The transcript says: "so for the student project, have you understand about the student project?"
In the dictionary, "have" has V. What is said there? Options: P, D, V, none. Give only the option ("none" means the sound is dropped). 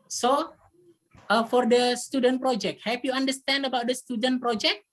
P